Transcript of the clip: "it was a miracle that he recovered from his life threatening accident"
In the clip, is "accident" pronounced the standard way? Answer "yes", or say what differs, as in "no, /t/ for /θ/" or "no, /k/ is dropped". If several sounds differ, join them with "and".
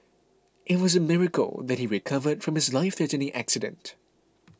yes